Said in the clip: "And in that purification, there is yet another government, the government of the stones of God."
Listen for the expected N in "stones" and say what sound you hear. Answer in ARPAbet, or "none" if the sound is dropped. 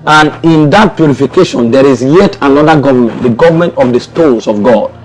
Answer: none